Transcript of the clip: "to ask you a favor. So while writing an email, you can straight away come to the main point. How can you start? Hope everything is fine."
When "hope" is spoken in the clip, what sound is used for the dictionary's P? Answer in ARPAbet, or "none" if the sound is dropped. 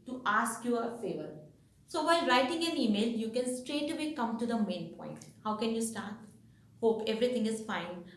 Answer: P